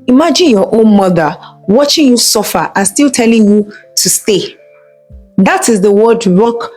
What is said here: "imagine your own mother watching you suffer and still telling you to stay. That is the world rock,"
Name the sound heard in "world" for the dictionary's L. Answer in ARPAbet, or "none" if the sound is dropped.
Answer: none